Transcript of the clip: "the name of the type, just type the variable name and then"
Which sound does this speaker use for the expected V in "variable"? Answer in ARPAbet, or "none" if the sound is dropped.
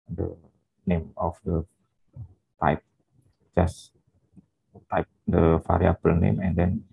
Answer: F